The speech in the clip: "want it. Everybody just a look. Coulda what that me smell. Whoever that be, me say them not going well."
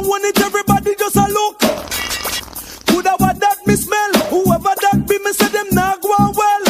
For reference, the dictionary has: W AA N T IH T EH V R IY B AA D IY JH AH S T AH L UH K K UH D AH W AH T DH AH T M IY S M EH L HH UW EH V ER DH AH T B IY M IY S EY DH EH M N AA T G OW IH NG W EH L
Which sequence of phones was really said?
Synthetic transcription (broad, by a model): W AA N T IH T EH V R IY B AA D IY JH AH S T AH L UH K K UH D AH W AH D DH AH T M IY S M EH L HH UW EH V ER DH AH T B IY M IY S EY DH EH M N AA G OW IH W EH L